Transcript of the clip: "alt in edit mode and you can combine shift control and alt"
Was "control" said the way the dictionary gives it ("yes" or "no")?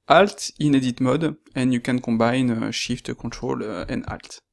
no